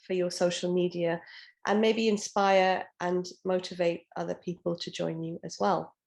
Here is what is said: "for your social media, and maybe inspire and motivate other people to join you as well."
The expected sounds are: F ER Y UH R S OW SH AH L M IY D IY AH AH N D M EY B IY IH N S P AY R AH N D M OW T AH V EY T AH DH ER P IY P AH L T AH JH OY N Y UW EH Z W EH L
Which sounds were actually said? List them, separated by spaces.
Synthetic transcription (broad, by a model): F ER Y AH S OW SH AH L M IY D IY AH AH N M EY B IY IH N S P AY R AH N M OW T AH V EY T AH DH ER P IY P AH L T AH JH OY N Y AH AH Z W EH L